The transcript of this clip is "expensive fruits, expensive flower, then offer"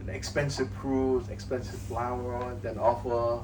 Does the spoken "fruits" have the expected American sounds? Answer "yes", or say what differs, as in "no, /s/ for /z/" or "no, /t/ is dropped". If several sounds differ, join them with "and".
no, /p/ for /f/